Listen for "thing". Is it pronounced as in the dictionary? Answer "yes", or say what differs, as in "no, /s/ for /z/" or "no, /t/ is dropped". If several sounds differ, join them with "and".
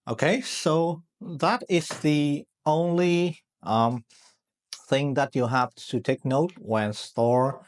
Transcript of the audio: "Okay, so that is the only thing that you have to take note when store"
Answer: yes